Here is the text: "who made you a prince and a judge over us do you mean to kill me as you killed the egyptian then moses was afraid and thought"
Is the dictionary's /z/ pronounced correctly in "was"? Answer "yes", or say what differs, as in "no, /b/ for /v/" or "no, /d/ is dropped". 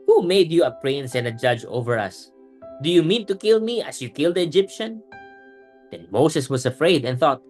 no, /s/ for /z/